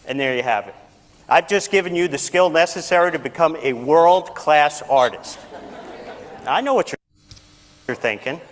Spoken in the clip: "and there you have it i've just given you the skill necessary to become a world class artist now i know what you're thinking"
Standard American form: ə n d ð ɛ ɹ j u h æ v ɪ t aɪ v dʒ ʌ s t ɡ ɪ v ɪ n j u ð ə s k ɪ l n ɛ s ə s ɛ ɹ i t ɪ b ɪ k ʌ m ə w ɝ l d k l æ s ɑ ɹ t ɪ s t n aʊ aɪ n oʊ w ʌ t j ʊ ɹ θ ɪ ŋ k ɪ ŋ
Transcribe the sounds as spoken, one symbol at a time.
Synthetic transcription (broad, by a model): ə n ð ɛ ɹ j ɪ h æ v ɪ t aɪ v dʒ ʌ s ɡ ɪ v ɪ n j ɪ ð ə s k ɪ l n ɛ s ə s ɛ ɹ i t ɪ b ɪ k ʌ m ə w ɝ l d k l æ s ɑ ɹ t ɪ s t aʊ aɪ n oʊ w ʌ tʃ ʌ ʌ ɹ θ ɪ ŋ k ɪ ŋ